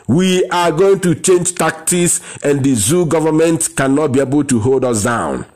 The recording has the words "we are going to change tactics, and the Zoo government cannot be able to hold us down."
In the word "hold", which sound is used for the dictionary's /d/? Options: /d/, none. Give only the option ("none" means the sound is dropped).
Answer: /d/